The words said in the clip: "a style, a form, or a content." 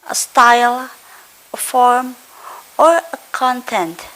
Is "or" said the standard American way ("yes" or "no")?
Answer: yes